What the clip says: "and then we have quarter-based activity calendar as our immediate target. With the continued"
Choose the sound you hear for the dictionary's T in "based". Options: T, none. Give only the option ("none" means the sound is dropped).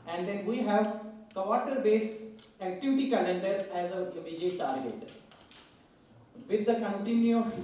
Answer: none